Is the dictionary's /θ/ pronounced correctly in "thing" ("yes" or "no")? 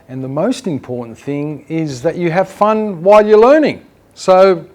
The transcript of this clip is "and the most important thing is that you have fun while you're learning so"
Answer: yes